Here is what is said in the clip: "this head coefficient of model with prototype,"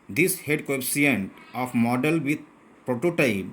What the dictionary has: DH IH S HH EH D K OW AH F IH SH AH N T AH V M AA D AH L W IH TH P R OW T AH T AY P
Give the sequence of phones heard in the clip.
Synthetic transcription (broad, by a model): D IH S HH EH D K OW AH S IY AH N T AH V M AA D AH L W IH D P R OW T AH T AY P